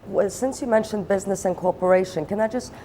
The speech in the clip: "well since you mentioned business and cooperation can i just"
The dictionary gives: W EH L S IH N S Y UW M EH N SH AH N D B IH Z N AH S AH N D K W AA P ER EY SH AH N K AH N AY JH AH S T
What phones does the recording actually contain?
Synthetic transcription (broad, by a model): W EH S IH N S Y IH M EH N SH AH N B IH Z N AH S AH N K AA P ER EY SH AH N K AH N AY JH AH S T